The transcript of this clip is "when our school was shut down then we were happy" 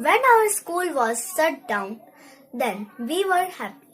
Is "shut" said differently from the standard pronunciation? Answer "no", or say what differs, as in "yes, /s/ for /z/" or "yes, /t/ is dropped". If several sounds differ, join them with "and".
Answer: yes, /s/ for /ʃ/